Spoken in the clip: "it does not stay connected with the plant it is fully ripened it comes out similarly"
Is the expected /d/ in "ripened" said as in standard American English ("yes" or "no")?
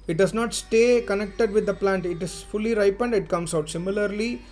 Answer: yes